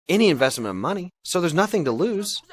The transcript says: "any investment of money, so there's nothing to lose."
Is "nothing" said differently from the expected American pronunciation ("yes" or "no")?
no